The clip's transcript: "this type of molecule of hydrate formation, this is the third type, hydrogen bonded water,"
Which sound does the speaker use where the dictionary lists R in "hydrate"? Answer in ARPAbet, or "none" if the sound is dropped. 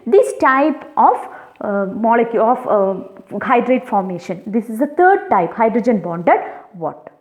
R